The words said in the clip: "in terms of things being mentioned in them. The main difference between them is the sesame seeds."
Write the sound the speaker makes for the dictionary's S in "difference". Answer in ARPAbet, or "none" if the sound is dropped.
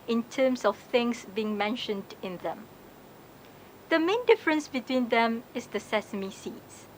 S